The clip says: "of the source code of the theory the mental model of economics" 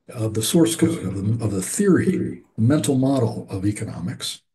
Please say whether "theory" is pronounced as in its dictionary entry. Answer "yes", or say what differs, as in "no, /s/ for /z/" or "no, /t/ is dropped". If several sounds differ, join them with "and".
yes